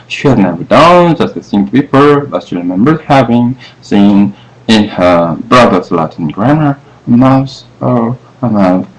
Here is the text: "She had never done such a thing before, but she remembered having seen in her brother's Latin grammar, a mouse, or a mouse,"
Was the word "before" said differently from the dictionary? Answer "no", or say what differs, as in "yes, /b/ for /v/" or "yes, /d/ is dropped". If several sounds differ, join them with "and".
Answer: yes, /p/ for /f/